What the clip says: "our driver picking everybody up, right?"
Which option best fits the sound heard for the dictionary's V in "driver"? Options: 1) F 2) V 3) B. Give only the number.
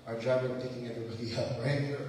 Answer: 3